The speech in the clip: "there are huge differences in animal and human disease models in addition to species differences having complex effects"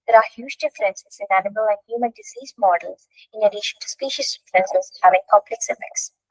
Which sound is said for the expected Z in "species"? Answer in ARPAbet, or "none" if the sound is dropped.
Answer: S